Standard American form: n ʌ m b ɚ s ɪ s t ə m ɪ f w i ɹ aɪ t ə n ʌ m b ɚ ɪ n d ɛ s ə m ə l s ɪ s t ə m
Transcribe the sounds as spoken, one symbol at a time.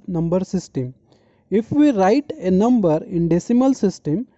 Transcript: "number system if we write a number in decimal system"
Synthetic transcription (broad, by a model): n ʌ m b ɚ s ɪ s t ə m ɪ f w i ɹ aɪ t ə n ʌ m b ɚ ɪ n d ɛ s ə m ə l s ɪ s t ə m